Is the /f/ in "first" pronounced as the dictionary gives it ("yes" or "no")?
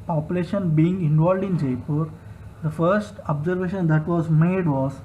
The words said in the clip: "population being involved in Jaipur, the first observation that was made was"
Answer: yes